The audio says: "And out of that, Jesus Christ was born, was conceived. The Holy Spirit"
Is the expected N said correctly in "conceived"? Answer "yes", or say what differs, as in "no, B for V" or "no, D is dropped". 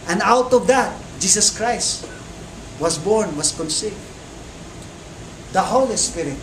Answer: yes